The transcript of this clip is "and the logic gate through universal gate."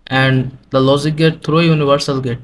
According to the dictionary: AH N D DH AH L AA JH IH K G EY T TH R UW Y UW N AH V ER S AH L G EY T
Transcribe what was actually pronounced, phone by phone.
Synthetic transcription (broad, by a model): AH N D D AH L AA Z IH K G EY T T R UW Y UW N AH V ER S AH L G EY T